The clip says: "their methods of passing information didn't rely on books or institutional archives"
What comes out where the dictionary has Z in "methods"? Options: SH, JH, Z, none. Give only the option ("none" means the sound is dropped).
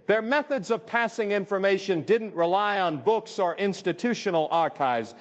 Z